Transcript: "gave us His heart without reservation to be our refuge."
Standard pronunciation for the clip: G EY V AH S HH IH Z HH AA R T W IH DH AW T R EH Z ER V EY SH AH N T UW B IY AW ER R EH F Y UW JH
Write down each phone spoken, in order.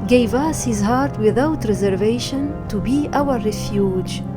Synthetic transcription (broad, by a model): G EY V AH S HH IH Z HH AA R T W IH DH AW T R EH Z ER V EY SH AH N T UW B IY AW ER R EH F Y UW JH